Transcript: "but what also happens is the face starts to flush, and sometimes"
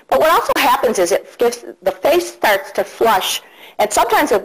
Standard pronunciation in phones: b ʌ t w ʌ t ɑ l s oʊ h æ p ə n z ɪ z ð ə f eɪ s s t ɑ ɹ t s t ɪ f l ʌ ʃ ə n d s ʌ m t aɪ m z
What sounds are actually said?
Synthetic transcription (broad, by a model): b ʌ t w ʌ t ɑ l s oʊ h æ p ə n z ɪ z ð ə f eɪ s s t ɑ ɹ t s t ɪ f l ʌ ʃ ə n s ʌ m t aɪ m z